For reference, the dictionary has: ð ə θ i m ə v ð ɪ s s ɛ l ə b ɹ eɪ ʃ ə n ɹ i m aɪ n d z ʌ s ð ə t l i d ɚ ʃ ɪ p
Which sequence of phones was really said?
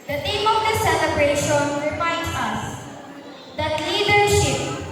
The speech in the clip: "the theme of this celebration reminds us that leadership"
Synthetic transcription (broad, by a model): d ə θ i m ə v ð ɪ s s ɛ l ə b ɹ eɪ ʃ ə n ɹ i m aɪ n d s ʌ s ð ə t l i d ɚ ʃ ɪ p